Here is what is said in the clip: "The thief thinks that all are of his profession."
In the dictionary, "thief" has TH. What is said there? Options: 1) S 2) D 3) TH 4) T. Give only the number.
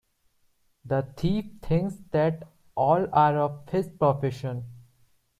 4